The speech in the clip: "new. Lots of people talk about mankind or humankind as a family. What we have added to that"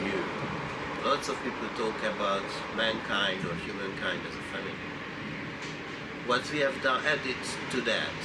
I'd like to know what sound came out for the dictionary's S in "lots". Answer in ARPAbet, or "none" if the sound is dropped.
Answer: S